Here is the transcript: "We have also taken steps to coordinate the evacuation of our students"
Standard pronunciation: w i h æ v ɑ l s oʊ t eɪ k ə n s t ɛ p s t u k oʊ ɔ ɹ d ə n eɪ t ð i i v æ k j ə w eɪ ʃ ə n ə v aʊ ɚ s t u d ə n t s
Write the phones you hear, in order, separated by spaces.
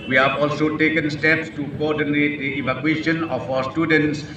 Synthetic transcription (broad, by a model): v i h æ v ɑ l s oʊ t eɪ k ə n s t ɛ p s t u k oʊ ɔ ɹ d ə n eɪ t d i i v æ k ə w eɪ ʃ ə n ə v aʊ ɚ s t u d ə n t s